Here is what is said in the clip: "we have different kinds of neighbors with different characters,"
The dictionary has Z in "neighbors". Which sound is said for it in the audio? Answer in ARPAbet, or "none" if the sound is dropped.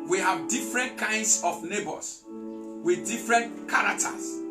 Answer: S